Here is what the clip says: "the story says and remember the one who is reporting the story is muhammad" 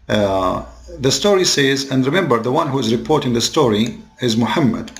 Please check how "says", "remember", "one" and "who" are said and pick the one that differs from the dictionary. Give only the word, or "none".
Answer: none